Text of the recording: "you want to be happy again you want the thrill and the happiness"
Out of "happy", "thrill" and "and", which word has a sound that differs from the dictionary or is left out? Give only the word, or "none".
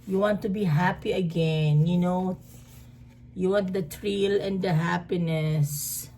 thrill